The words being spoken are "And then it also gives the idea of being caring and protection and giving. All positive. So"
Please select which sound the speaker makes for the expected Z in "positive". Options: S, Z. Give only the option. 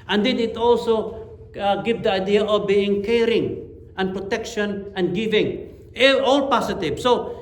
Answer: S